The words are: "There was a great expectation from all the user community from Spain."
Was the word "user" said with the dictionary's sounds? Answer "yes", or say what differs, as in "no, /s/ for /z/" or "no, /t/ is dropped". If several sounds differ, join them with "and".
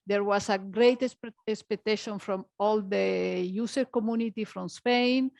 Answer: no, /s/ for /z/